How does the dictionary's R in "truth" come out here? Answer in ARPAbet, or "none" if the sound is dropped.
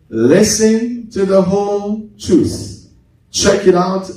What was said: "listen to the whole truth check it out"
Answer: none